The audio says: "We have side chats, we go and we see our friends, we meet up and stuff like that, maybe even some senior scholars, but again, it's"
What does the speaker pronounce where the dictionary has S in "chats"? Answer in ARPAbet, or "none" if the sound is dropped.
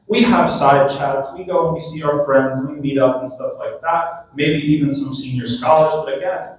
S